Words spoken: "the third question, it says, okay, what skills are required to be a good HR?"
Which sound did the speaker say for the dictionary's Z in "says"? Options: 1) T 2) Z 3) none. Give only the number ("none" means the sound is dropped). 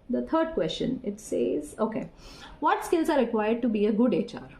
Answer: 2